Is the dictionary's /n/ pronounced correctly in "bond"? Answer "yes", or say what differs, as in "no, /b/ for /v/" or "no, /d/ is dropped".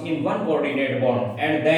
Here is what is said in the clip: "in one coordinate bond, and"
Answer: no, /n/ is dropped